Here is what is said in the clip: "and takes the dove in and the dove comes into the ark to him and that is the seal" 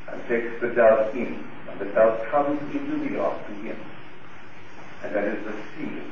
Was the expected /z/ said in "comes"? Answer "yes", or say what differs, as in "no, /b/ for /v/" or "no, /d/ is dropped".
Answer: yes